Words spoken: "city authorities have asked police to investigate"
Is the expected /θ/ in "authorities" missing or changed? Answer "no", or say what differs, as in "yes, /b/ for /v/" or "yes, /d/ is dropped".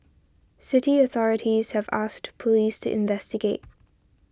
no